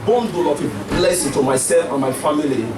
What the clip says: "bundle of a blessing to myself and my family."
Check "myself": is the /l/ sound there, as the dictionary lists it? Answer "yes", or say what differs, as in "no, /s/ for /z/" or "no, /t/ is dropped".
no, /l/ is dropped